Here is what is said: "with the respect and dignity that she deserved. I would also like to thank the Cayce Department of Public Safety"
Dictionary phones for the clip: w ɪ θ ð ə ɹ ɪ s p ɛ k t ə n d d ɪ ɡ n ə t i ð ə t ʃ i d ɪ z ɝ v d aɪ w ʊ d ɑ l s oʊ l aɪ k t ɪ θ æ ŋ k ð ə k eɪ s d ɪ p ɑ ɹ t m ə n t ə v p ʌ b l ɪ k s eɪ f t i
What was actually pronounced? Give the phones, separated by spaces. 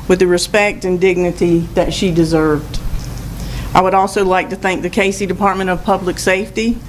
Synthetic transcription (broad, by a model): w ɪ ð ə ɹ ɪ s p ɛ k t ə n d d ɪ ɡ n ə t i ð ə t ʃ i d ɪ z ɝ v d aɪ w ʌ d ɑ l s oʊ l aɪ k t ɪ θ æ ŋ k ð ə k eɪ s d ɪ p ɑ ɹ t m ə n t ə v p ʌ b l ɪ k s eɪ f t i